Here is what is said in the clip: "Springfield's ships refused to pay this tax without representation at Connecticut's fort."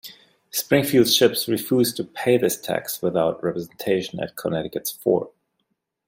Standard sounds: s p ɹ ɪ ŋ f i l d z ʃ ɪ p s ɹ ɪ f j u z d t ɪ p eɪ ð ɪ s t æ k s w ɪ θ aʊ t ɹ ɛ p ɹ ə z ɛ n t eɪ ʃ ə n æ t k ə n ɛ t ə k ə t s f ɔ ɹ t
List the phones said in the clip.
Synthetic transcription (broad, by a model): s p ɹ ɪ ŋ f i l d ʃ ɪ p s ɹ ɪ f j u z t ɪ p eɪ ð ɪ s t æ k s w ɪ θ aʊ t ɹ ɛ p ɹ ə z ɛ n t eɪ ʃ ə n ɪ t k ə n ɛ t ə k ə t s f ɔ ɹ